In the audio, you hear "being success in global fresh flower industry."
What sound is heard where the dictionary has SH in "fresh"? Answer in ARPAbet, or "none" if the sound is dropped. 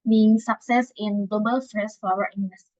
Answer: S